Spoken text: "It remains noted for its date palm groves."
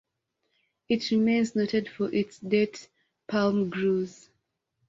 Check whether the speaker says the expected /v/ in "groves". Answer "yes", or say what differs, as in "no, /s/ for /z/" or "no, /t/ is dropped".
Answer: no, /v/ is dropped